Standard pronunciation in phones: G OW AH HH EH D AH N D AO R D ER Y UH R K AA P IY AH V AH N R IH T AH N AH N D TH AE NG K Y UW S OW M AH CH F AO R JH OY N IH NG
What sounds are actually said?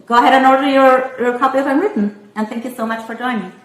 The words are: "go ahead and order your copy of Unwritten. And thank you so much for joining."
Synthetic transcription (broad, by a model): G OW AH HH EH D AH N AO R D ER Y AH R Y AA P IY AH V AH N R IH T N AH N TH AE NG K Y UW S OW M AH CH F AO R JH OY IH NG